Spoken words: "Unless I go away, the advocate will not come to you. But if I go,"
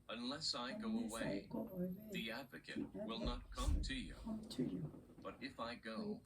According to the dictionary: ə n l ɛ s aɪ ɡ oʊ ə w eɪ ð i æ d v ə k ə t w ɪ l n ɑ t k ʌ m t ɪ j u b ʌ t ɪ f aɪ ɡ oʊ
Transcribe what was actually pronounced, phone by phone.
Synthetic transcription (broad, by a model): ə n l ɛ s aɪ ɡ oʊ ə w eɪ ð i æ d v ə k ə t w ɪ l n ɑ t k ʌ m t ɪ j u b ʌ t ɪ f aɪ ɡ oʊ